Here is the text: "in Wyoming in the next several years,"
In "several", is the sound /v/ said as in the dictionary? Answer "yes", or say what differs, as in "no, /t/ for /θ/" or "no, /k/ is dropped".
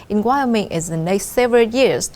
yes